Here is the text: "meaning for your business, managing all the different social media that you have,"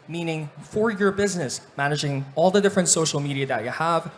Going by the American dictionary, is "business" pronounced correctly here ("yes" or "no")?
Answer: yes